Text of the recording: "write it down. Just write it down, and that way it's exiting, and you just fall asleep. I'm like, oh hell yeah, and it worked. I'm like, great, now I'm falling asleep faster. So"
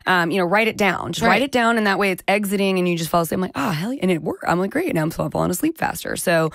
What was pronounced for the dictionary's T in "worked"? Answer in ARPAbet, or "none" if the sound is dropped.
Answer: none